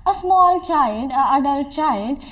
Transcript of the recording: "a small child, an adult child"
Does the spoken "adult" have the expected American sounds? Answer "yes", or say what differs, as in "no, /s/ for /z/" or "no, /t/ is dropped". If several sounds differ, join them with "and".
no, /l/ is dropped